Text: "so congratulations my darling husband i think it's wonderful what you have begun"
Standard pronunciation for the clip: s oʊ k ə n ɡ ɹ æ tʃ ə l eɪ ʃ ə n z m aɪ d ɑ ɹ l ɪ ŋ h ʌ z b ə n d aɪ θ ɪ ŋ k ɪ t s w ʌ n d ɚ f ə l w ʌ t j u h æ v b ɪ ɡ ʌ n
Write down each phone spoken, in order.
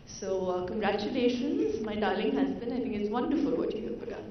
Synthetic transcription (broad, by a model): s oʊ k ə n ɡ ɹ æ tʃ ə l eɪ ʃ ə n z m aɪ d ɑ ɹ l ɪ ŋ h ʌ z b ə n aɪ t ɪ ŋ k ɪ t s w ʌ n d ɚ f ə l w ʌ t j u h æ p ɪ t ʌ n